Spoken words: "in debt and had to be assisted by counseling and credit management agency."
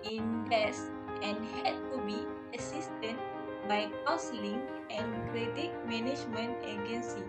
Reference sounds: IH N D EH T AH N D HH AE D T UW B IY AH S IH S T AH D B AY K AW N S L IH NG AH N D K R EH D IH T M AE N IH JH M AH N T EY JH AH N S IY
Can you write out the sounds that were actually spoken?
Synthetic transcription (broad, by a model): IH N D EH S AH N HH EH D T UW B IY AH S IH S T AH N B AY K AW S L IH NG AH N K R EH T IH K M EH N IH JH M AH N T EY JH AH N S IY